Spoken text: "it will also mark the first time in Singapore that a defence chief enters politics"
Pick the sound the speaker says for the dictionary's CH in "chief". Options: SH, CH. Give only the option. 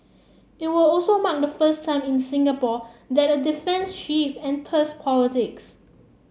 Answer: SH